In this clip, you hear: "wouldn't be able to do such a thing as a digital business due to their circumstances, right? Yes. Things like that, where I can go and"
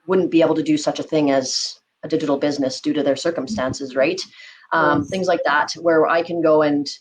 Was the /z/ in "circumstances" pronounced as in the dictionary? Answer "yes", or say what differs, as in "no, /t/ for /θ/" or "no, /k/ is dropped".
yes